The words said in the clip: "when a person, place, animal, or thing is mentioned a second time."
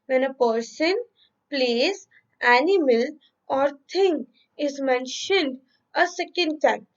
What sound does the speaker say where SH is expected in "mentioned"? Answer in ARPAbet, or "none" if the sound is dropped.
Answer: SH